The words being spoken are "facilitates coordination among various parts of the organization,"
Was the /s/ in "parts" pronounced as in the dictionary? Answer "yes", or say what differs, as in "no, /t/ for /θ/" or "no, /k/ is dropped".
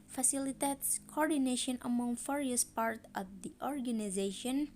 no, /s/ is dropped